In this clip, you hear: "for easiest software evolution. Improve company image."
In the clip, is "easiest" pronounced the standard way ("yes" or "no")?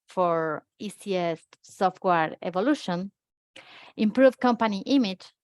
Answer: no